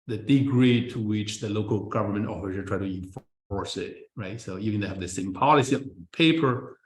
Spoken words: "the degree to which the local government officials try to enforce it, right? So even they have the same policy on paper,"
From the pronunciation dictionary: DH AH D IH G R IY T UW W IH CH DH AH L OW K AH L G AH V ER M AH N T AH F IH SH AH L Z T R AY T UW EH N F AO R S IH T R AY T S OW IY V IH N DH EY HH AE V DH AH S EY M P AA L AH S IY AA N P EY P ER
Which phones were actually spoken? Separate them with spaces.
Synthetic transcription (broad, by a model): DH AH D IH G R IY T UW W IH CH DH AH L OW K AH L G AH V ER M AH N T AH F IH S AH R T R AY T UW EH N F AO R S IH T R AY T S OW IY V IH N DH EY HH AE V DH AH S EY M P AA L AH S IY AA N P EY P ER